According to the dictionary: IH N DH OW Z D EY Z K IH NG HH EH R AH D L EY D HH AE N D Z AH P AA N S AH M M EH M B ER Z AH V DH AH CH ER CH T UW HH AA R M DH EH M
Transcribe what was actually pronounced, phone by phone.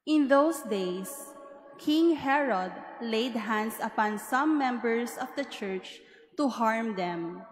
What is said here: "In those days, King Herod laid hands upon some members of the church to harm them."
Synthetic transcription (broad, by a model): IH N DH OW S D EY S K IH NG HH EH R AH D L EY D HH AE N D S AH P AA N S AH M M EH M B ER S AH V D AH CH ER CH T UW HH AA R M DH EH M